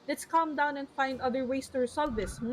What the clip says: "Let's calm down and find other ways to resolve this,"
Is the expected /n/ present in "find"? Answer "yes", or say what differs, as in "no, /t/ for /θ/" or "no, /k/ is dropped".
yes